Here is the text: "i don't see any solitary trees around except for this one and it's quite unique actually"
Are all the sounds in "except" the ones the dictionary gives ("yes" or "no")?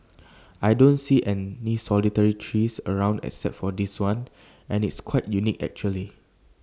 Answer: no